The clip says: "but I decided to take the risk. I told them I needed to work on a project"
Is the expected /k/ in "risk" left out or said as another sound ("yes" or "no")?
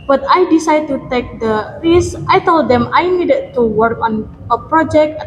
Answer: yes